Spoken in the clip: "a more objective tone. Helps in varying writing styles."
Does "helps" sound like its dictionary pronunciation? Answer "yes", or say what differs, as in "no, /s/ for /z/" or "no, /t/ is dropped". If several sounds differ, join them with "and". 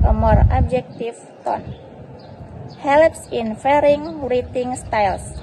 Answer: yes